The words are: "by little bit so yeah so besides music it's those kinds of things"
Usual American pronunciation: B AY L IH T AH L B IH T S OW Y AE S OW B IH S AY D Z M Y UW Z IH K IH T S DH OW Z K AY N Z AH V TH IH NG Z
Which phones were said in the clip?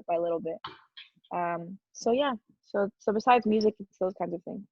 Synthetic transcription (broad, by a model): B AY L IH T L B IH T S OW Y AE S OW B IH S AY D Z M Y UW Z IH K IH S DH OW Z K AY N Z AH V TH IH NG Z